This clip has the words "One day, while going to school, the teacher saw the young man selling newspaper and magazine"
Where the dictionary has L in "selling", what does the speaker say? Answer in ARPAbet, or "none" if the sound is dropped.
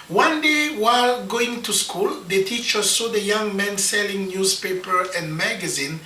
L